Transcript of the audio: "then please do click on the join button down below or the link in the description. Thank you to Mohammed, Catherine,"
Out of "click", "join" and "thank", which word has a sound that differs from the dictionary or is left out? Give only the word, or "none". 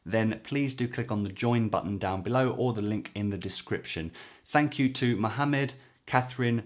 none